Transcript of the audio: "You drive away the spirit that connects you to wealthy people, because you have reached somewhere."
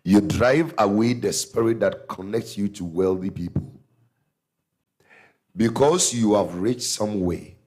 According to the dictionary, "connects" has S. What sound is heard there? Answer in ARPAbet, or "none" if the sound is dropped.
S